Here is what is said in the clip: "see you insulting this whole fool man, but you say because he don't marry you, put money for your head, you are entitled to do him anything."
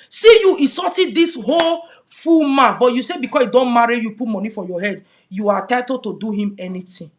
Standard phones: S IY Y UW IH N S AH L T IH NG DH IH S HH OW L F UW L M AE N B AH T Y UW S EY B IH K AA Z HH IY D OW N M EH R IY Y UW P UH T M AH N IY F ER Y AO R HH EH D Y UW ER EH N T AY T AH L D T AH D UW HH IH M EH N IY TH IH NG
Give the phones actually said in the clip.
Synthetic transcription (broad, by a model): S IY Y UW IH S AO T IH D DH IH S HH OW L F UW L M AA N B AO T Y UW S EY B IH K AA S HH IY D OW N M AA R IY Y UW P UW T M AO N IY F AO Y AO HH EH D Y UW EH T AY T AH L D T AH D UW HH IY M EH N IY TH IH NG